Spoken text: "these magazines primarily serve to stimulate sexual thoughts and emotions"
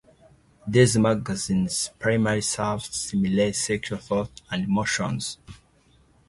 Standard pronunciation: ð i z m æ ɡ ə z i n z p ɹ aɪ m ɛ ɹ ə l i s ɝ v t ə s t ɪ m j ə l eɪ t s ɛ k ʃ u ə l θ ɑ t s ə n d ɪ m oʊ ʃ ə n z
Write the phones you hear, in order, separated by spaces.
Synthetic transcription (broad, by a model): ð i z m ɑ ɡ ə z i n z p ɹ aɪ m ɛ ɹ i s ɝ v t s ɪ m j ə l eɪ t s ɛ k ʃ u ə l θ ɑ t ə n d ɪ m oʊ ʃ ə n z